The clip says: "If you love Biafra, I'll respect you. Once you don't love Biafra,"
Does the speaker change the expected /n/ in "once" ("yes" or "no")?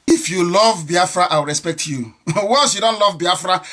yes